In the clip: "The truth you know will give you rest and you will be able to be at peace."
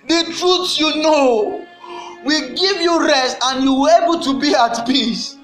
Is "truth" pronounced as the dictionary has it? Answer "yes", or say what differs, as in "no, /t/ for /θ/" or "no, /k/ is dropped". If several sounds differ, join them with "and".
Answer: no, /s/ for /θ/